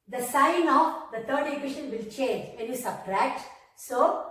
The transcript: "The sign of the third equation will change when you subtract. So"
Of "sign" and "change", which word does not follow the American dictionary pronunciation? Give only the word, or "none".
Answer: none